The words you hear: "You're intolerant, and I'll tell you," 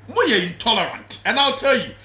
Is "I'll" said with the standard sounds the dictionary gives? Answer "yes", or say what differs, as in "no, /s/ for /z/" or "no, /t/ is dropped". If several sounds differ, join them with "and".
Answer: yes